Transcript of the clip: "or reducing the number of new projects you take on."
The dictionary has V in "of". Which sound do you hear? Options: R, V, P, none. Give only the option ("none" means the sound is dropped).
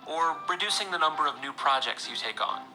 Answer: V